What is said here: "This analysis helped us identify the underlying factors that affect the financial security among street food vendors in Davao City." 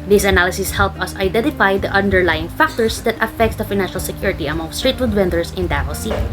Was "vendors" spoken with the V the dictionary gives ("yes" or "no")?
no